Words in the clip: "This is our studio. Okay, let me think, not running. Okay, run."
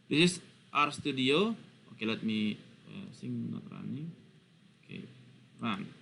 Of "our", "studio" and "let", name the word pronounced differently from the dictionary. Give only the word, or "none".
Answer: none